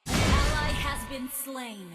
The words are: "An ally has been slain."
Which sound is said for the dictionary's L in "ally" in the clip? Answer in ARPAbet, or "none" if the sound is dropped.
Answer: none